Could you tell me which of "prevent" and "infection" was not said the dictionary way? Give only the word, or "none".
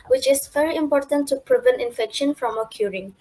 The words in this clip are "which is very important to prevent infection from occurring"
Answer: none